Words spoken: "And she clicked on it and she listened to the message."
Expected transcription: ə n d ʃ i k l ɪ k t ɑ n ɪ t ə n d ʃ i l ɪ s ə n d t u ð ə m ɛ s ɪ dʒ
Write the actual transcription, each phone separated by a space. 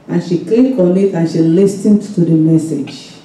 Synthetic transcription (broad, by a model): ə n ʃ i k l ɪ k ɑ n ɪ t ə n ʃ i l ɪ s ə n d t u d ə m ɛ s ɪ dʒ